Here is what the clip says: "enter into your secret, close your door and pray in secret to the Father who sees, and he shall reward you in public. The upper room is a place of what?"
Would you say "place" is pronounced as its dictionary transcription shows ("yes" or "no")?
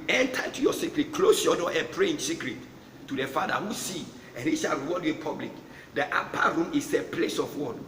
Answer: yes